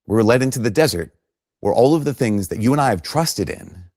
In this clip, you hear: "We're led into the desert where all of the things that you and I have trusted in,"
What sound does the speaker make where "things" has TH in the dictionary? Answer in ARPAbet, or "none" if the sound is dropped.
TH